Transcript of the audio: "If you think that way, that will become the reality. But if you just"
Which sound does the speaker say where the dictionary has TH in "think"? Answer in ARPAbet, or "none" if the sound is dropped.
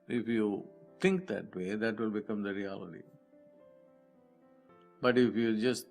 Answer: T